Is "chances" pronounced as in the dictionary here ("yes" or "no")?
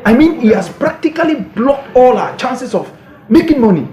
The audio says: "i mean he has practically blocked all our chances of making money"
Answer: no